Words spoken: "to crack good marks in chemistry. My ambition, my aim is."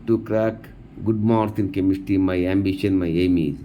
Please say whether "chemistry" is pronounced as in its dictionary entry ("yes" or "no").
no